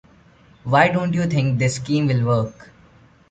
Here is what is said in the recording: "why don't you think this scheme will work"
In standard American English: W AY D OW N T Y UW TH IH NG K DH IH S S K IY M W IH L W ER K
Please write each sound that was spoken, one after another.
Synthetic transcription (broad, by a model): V AY D OW N T Y UW T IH NG K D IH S S K IY M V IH L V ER K